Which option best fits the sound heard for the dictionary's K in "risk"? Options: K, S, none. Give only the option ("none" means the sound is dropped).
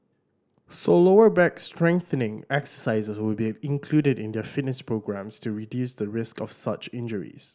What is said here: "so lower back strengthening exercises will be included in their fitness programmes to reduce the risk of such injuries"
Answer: K